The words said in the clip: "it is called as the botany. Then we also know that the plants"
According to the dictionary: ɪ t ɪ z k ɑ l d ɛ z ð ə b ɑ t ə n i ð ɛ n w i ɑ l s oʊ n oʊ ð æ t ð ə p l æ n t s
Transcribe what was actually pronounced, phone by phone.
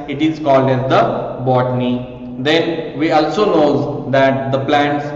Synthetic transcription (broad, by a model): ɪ t ɪ z k ɑ l d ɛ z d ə b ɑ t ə n i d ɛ n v i ɑ l s oʊ n oʊ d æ t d ə p l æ n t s